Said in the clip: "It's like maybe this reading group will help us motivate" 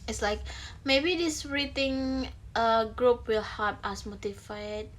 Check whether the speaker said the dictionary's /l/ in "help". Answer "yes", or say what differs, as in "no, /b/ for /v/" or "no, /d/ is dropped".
no, /l/ is dropped